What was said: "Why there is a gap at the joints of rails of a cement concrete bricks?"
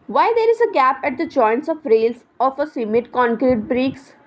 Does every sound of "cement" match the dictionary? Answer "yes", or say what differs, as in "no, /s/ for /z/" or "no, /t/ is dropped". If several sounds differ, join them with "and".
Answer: no, /n/ is dropped